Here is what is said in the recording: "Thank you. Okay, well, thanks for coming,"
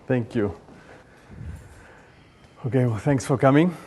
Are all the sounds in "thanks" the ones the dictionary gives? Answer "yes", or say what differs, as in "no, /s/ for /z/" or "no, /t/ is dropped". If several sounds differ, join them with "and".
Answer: yes